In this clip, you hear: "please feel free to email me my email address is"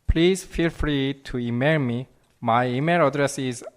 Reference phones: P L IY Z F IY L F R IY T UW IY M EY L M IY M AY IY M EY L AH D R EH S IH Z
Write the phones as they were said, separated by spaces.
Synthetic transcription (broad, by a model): P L IY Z F IY L F R IY T UW IY M EY L M IY M AY IY M EY L AH D R EH S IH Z